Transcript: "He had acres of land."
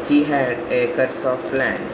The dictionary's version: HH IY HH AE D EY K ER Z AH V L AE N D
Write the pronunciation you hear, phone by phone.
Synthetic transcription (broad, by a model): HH IY HH AE D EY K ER S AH P L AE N